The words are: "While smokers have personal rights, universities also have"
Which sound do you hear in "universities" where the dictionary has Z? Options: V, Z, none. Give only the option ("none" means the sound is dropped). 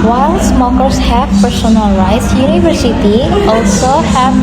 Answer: none